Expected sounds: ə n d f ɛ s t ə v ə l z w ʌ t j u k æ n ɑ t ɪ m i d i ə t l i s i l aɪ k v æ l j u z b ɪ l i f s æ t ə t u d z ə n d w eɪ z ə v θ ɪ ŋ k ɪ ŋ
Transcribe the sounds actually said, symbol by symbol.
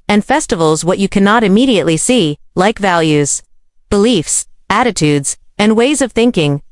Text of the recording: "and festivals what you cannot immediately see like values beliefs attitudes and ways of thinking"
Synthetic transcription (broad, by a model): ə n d f ɛ s t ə v l z w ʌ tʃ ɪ k æ n ɑ t ɪ m i d i ə t l i s i l aɪ k v æ l j u z b ɪ l i f s æ t ə t u d z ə n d w eɪ z ə v θ ɪ ŋ k ɪ ŋ